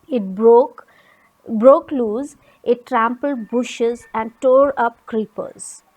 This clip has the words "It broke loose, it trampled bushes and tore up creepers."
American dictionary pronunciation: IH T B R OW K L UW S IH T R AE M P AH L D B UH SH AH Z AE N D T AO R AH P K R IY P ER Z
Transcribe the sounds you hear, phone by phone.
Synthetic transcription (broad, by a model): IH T B R OW K L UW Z IH T R AE M P AH L D B UH SH AH Z AE N D T AO R AH P K R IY P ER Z